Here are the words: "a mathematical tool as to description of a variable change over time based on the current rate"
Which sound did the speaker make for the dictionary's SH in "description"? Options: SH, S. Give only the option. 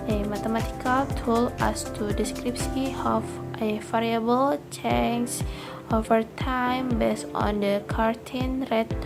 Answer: S